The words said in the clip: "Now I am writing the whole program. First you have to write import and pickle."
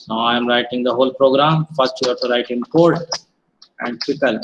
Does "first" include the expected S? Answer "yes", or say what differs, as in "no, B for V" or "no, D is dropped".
no, S is dropped